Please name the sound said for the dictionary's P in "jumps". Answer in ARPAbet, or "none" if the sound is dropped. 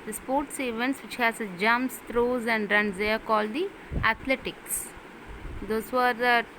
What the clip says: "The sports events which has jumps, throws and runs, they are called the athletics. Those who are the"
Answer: none